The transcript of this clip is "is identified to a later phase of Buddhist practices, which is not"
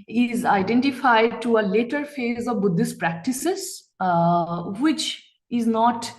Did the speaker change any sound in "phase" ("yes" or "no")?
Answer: no